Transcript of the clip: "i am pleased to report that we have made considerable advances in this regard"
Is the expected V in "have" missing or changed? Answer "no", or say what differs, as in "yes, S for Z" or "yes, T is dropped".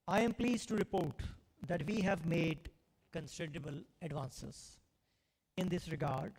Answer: no